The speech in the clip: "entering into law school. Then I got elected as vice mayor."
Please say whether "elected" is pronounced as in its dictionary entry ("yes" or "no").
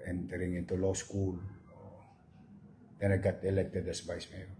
yes